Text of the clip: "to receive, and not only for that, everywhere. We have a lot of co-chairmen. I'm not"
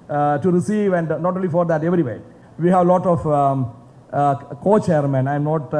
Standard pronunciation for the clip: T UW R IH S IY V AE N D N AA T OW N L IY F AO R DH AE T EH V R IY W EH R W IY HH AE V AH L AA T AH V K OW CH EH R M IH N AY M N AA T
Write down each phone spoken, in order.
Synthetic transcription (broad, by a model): T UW R IH S IY V AE N D N AA T OW N L IY F AO R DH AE T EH V R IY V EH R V IY HH AE V L AA T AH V K OW CH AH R M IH N AY M N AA T